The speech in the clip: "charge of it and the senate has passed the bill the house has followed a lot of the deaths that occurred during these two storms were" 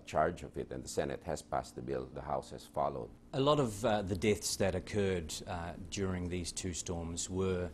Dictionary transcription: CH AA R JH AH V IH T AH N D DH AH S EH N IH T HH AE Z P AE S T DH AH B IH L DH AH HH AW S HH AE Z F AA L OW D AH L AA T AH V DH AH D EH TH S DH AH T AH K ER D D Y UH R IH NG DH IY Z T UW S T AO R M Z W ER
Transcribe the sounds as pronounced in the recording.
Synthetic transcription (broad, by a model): CH AA R JH AH V IH T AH N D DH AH S EH N IH T HH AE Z P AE S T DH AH B IH L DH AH HH AW S HH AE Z F AA L OW D AH L AA T AH V DH AH D EH TH S DH AH T AH K ER D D Y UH R IH NG DH IY Z T UW S T AO R M Z W ER